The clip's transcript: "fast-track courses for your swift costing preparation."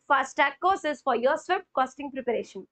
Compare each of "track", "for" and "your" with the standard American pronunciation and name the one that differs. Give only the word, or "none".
track